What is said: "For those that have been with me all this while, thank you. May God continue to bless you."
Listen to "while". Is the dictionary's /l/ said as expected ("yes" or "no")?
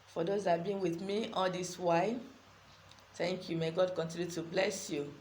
no